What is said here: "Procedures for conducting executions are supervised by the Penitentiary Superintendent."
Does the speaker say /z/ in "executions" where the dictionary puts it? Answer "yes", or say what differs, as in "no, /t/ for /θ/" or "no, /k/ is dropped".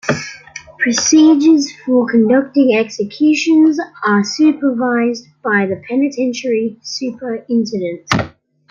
yes